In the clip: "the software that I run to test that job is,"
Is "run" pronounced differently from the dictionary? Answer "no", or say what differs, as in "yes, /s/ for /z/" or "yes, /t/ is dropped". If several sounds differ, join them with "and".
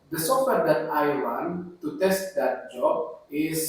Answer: yes, /w/ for /ɹ/